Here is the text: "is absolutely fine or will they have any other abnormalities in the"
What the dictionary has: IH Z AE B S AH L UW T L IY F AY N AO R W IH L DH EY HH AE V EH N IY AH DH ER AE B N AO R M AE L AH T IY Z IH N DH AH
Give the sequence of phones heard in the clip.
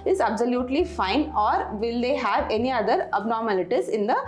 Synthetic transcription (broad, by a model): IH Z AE B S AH L UW T L IY F AY N AO R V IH L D EY HH AE V EH N IY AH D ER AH B N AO R M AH L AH T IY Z IH N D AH